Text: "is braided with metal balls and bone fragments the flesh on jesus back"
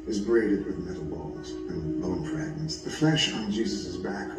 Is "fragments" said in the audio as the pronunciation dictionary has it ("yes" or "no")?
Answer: no